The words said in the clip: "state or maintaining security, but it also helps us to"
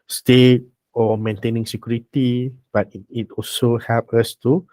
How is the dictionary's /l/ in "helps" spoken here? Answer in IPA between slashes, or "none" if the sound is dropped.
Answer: none